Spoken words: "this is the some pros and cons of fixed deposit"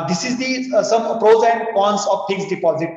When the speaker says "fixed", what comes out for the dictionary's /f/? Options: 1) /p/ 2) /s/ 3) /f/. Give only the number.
1